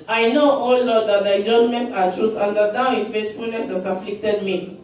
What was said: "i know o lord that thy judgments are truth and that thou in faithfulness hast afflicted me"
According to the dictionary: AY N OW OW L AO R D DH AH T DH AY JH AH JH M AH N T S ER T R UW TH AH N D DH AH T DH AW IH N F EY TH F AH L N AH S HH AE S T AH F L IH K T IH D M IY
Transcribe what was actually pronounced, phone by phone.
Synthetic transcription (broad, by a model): AY N OW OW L AO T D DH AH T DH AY JH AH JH M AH N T ER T R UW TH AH N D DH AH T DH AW IH N F EY T F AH L N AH S HH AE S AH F L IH K T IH D M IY